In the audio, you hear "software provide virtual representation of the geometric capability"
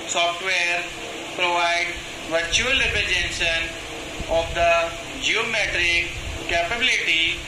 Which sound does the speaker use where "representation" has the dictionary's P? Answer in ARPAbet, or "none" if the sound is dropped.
none